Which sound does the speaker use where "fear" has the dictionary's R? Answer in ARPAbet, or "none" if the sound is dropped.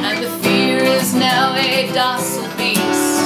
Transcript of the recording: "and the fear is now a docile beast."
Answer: R